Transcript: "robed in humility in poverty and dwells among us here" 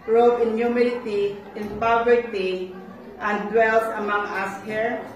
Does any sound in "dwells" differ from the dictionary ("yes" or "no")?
yes